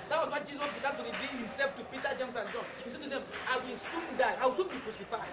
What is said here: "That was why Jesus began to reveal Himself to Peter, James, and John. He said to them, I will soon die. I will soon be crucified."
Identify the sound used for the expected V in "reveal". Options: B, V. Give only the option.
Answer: B